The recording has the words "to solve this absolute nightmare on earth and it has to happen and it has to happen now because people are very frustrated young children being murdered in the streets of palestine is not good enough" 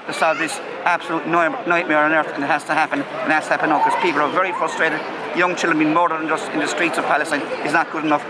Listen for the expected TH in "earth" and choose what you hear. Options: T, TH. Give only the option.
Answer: TH